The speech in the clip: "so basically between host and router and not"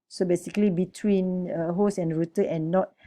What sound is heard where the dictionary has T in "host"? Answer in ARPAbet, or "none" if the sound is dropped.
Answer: none